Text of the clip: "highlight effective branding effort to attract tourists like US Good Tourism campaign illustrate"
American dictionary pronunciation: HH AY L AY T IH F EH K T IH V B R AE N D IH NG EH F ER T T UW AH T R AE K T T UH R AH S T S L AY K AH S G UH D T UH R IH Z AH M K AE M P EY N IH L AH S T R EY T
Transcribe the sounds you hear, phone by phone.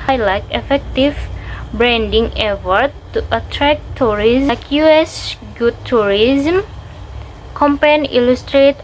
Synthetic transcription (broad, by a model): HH AY L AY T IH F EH K T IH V B R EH N D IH NG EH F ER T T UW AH T R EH K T T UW R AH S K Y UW EH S G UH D T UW R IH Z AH M K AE M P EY N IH L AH S T R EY T